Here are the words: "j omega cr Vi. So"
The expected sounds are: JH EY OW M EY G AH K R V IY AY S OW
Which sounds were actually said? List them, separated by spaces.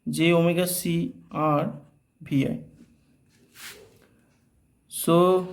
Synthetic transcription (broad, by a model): JH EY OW M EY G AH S R B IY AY S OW